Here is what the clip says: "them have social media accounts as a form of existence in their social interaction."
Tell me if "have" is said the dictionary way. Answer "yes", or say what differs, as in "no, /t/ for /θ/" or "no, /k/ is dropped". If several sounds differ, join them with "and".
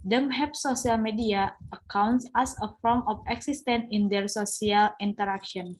no, /p/ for /v/